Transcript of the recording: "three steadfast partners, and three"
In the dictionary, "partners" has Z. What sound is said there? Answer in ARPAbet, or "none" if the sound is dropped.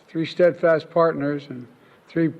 Z